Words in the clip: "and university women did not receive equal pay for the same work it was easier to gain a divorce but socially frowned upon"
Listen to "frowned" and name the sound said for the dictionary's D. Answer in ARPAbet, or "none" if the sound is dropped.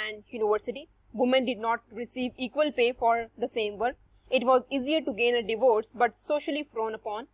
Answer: none